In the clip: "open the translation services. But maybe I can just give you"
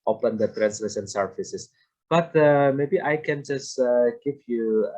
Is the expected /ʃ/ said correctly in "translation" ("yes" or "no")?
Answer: no